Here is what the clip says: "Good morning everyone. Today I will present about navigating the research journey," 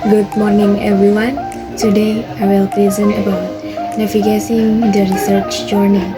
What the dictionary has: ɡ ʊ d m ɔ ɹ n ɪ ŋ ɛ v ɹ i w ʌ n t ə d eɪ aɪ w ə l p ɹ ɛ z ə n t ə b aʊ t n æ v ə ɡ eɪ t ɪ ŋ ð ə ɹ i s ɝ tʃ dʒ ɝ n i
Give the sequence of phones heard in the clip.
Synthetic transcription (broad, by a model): ɡ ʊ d m ɔ ɹ n ɪ ŋ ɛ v ɹ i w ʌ n t ə d eɪ aɪ w ə l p l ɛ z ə n ə b aʊ t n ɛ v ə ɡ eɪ s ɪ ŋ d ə ɹ i s ɝ tʃ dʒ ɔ n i